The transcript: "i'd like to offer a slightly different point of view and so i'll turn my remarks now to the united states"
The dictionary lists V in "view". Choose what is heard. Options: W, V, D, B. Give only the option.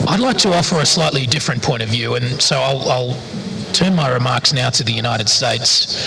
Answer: V